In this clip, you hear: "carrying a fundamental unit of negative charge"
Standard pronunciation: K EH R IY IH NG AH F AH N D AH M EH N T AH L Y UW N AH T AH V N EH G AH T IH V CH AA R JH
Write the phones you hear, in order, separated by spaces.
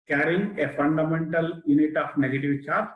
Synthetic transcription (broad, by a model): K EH R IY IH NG AH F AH N D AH M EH N T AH L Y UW N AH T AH P N EH G AH T IH V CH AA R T